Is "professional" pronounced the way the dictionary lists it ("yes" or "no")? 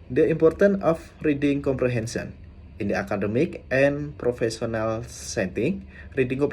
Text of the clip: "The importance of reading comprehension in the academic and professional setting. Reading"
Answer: no